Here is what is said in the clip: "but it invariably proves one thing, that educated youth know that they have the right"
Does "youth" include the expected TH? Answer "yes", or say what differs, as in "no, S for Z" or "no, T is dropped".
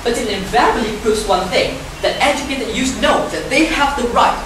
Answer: no, S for TH